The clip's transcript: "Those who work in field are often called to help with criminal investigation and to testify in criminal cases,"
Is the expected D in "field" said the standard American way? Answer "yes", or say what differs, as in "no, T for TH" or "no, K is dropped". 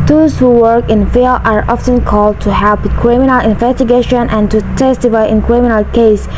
no, D is dropped